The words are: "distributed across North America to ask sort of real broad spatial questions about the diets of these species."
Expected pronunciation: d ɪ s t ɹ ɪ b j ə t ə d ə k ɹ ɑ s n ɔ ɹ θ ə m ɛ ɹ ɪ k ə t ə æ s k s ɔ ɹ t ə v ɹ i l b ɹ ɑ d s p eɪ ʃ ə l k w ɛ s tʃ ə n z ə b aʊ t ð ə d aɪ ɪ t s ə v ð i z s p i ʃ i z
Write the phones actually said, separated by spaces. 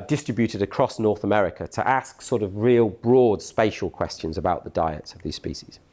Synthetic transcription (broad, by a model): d ɪ s t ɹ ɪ b j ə t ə d ə k ɹ ɑ s n ɔ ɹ θ ə m ɛ ɹ ɪ k ə t ə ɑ s k s ɔ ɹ t ə v ɹ i l b ɹ ɑ d s p eɪ ʃ ə l k w ɛ s tʃ ə n z ə b aʊ t ð ə d aɪ ɪ t s ə v ð i z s p i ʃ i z